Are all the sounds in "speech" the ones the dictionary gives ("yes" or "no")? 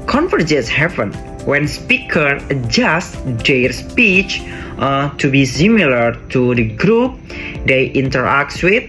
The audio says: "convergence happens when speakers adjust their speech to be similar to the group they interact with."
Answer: yes